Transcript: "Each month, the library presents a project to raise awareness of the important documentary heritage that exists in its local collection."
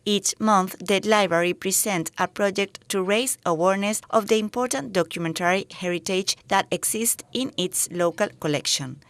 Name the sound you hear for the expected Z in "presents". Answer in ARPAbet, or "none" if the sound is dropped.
S